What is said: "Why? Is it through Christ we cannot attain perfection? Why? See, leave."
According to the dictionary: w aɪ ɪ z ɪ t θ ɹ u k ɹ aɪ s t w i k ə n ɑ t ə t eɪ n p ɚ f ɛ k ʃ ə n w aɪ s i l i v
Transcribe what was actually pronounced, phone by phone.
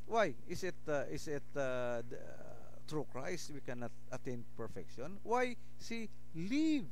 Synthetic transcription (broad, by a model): w aɪ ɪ s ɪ t t ɹ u k ɹ aɪ s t w i k ə n ɑ t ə t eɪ n p ɚ f ɛ k ʃ ə n w aɪ s i l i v